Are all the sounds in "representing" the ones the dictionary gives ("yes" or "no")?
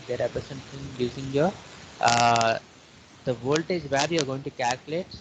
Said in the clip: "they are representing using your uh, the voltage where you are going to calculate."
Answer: no